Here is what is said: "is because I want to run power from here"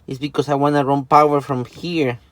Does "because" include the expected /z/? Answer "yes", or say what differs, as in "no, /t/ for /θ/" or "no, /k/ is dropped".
no, /s/ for /z/